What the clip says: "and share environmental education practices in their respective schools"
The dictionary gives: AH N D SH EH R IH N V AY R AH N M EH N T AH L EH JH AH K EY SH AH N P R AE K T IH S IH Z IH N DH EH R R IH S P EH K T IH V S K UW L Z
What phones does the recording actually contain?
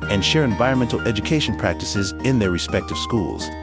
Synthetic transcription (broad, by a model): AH N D SH EH R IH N V AY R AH N M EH N T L EH JH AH K EY SH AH N P R AE K T IH S IH Z IH N DH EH R R IH S P EH K T IH V S K UW L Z